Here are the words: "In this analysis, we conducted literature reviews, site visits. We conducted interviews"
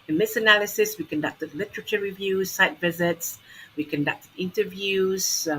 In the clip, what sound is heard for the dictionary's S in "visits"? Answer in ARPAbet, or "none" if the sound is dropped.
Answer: S